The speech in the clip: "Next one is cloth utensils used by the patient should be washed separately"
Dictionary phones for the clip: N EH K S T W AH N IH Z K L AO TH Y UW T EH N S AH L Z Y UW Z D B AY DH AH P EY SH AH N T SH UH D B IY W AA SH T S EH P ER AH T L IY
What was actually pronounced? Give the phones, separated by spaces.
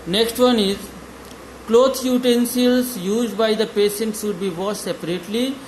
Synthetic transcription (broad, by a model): N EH K S T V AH N IH Z K L AO T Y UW T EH N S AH L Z Y UW Z D B AY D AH P EY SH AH N T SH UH D B IY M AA T S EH P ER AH T L IY